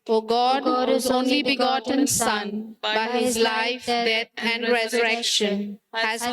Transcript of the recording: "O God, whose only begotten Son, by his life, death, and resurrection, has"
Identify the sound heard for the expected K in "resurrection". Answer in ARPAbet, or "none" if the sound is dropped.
K